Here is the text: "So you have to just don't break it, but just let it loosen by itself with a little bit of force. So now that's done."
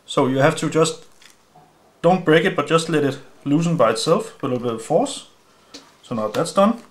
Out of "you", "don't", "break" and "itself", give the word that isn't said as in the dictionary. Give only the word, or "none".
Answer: none